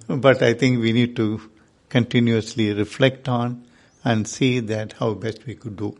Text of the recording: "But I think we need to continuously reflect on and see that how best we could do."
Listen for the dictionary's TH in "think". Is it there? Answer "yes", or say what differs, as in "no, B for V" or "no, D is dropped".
no, T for TH